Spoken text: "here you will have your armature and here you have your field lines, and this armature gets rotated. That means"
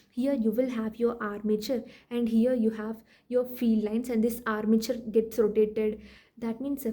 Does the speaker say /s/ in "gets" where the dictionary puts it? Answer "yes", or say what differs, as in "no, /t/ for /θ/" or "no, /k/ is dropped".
yes